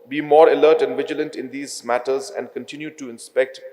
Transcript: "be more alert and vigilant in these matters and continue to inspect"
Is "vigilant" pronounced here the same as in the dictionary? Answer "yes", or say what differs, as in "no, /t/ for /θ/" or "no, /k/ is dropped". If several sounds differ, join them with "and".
yes